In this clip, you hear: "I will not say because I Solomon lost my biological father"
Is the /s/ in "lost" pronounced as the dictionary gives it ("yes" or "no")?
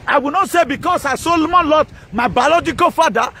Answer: no